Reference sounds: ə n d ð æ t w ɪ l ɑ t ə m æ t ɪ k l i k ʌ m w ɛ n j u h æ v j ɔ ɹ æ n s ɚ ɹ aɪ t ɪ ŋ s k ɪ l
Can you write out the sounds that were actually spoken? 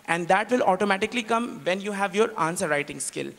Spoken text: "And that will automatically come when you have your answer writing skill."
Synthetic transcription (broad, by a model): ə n d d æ t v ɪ l ɑ t ə m æ t ɪ k l i k ʌ m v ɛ n j u h æ v j ɔ ɹ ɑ n s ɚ ɹ aɪ t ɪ ŋ s k ɪ l